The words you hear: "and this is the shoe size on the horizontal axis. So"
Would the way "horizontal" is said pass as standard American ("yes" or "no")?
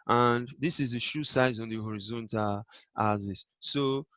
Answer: yes